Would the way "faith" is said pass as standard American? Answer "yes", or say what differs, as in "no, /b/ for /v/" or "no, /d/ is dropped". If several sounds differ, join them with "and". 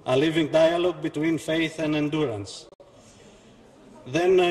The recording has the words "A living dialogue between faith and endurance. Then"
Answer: yes